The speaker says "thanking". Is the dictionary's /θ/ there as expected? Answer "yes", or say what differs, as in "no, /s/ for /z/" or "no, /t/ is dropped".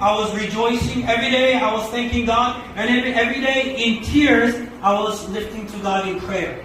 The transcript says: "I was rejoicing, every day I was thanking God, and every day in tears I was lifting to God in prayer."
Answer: yes